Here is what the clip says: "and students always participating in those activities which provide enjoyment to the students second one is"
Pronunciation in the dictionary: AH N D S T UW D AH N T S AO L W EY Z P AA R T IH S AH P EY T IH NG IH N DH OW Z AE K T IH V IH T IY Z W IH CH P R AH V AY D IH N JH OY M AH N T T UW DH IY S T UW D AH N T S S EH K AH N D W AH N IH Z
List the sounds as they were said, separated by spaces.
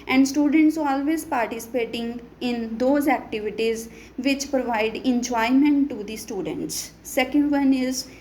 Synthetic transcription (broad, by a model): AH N D S T UW D AH N T S AO L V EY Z P AA R T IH S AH P EY T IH NG IH N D OW Z AE K T IH V IH T IY Z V IH CH P R AH V AY D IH N JH OY M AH N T T UW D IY S T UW D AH N T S S EH K AH N D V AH N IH Z